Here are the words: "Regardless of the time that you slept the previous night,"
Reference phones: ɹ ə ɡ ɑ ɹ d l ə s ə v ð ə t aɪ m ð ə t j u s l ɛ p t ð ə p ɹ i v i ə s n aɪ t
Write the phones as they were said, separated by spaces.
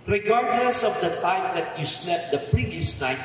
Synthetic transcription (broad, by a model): ɹ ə ɡ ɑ ɹ d l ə s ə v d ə t aɪ m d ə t j u s n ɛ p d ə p ɹ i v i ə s n aɪ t